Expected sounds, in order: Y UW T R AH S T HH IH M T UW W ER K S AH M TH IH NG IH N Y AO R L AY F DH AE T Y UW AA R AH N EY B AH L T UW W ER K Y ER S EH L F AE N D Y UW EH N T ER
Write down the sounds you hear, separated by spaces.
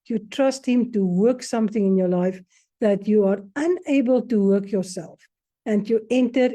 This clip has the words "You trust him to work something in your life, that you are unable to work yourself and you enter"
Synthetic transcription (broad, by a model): Y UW T R AH S T HH IH M T UW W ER K S AH M TH IH NG IH N Y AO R L AY F DH AE T Y UW AA R AH N EY B AH L T UW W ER K Y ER S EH L F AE N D Y UW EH N T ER